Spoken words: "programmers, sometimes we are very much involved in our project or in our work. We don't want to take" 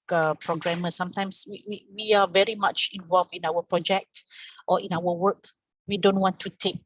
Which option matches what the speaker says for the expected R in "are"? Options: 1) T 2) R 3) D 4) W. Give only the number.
4